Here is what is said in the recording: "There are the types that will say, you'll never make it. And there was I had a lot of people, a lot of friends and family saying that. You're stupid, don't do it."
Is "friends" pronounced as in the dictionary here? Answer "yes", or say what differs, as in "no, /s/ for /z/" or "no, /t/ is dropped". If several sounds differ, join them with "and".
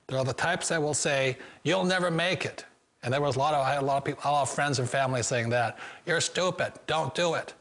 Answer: yes